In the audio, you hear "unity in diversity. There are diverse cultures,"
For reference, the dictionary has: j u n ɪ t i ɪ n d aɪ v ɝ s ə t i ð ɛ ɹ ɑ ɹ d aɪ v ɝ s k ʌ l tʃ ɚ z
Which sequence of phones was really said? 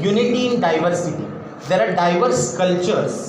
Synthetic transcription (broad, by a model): j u n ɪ t i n d aɪ v ɝ s ə t i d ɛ ɹ ɑ ɹ d aɪ v ɝ s k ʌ l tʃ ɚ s